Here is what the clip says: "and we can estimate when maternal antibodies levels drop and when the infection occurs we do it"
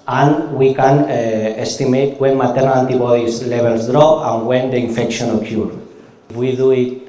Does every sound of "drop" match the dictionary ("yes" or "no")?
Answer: no